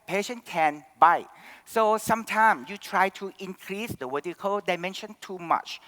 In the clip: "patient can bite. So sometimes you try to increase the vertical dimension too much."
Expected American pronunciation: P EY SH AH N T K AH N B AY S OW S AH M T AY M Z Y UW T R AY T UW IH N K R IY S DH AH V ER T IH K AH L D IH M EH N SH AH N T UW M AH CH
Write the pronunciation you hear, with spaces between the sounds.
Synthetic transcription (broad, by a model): P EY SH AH N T K AH N B AY S OW S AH M T AY M S Y UW T R AY T UW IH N K R IY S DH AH W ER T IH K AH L D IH M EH N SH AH N T UW M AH CH